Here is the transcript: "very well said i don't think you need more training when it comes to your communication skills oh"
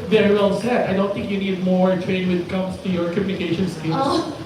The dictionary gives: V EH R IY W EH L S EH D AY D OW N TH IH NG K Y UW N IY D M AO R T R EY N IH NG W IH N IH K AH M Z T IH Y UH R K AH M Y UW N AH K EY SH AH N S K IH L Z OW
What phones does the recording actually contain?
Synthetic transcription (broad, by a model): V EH R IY W EH L S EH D AY D OW N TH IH NG K Y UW N IY D M AO R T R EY IH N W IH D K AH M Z T IH Y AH R K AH M Y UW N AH K EY SH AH N S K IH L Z